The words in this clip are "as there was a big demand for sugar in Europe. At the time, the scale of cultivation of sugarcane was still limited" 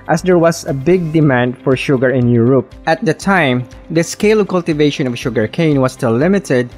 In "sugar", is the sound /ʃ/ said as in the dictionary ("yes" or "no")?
yes